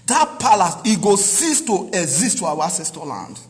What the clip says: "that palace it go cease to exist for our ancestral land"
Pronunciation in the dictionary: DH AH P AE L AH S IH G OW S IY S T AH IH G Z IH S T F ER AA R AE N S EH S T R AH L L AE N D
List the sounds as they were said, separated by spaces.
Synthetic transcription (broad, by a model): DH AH P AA L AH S IH G OW S IY S T AH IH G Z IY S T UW AA W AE S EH S T AH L L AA N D